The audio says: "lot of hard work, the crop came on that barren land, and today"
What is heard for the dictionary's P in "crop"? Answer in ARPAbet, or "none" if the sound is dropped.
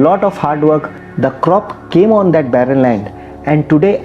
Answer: P